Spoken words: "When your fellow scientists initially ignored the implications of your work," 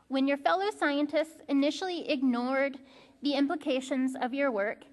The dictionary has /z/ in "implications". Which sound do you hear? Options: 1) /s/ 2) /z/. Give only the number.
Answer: 2